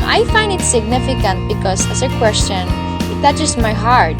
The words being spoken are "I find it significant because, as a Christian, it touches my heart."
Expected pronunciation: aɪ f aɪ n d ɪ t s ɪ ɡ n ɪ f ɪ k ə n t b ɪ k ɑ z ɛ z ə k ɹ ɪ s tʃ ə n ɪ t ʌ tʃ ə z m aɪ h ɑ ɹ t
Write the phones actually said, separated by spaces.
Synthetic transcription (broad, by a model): aɪ f aɪ n d ɪ t s ɪ ɡ n ɪ f ɪ k ə n t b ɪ k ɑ s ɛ s ə k w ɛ s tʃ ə n ɪ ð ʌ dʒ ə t m aɪ h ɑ ɹ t